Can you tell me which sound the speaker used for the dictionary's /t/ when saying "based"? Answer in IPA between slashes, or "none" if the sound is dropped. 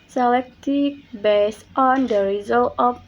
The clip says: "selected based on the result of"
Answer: /t/